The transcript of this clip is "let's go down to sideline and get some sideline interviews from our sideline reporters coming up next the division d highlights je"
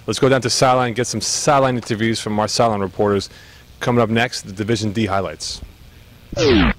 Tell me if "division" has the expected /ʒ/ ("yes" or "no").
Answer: yes